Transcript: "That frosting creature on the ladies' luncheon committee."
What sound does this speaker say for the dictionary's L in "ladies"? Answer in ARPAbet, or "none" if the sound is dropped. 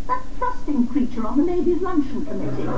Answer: N